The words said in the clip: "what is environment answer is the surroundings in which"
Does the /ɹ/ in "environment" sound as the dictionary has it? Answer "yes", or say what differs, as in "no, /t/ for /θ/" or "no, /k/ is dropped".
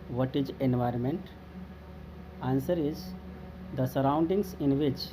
yes